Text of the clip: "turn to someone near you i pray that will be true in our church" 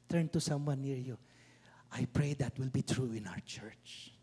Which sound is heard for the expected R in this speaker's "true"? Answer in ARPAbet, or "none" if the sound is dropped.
R